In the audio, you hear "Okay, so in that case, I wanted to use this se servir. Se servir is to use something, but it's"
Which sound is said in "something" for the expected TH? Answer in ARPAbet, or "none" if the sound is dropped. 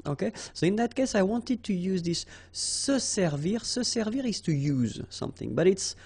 TH